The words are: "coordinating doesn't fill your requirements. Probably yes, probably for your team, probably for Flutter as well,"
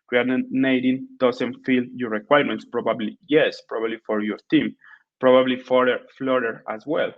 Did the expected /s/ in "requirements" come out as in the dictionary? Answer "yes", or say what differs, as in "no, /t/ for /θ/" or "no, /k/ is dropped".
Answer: yes